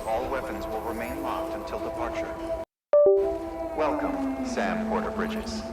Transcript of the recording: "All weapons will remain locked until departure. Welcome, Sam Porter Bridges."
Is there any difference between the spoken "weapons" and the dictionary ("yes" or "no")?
no